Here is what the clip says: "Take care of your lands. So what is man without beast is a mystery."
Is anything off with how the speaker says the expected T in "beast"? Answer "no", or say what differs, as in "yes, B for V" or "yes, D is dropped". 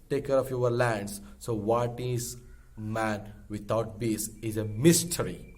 yes, T is dropped